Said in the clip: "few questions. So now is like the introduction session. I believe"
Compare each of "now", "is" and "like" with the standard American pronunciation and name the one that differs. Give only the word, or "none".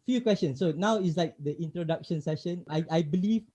is